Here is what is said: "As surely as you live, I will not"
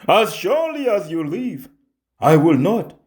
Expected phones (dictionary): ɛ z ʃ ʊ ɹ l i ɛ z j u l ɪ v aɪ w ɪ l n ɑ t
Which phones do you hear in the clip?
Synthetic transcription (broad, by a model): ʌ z ʃ ʊ ɹ l i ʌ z j u l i v aɪ w ɪ l n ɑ t